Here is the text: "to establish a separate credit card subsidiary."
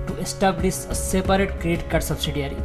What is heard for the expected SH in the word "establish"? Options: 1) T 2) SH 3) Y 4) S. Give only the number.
4